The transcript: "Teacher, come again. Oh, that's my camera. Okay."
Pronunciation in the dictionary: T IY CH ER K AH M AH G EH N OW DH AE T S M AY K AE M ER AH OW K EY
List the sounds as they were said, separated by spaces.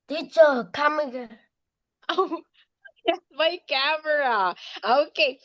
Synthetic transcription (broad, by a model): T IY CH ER K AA M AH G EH OW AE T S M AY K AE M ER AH OW K EY